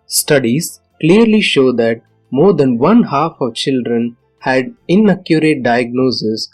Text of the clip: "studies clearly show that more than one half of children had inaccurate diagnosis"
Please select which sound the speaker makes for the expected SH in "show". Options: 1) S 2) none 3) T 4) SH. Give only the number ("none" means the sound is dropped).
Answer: 4